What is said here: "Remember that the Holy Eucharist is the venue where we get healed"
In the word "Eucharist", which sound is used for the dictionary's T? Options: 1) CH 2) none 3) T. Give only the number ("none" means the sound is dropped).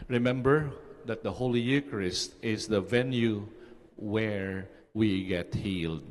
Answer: 3